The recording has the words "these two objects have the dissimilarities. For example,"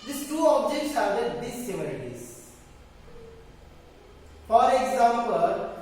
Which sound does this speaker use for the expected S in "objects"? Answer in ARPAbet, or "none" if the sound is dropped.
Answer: S